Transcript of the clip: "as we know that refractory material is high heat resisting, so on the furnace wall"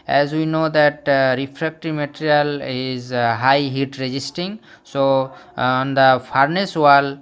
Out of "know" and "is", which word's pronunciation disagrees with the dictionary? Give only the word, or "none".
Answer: none